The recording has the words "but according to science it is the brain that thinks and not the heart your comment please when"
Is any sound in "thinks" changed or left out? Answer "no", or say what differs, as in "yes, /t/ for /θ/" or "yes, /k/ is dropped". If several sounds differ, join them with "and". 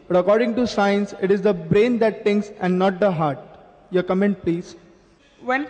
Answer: yes, /t/ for /θ/